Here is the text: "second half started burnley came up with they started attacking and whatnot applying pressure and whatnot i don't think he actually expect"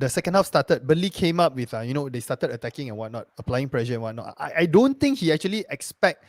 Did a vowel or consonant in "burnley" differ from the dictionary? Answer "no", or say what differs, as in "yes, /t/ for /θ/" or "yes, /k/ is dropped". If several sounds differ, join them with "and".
yes, /n/ is dropped